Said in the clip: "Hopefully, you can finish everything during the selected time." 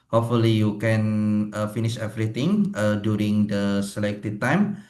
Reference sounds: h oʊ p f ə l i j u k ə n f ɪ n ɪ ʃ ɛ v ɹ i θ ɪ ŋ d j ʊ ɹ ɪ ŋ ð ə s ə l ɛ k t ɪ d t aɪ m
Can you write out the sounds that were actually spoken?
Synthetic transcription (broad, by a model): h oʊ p f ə l i j u k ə n f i n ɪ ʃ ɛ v ɹ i t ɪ ŋ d j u ɹ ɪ ŋ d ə s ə l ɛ k t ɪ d t aɪ m